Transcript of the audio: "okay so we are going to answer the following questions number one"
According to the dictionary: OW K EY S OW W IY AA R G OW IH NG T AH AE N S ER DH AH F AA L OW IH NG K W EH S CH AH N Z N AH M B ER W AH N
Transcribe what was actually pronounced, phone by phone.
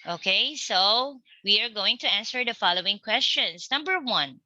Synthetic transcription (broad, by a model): OW K EY S OW W IY AA R G OW IH NG T AH AE N S ER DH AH F AA L OW IH NG K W EH S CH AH N S N AH M B ER W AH N